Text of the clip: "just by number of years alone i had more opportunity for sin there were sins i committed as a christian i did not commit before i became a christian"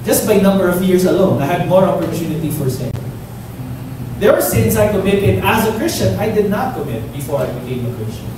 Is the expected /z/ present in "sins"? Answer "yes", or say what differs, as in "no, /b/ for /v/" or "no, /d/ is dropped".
no, /s/ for /z/